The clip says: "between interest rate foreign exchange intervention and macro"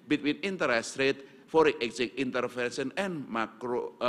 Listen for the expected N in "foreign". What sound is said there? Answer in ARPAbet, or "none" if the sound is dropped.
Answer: none